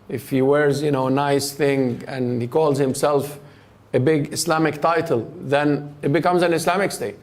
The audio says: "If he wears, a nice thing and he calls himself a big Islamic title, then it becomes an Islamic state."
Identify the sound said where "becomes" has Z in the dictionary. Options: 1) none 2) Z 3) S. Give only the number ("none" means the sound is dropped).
2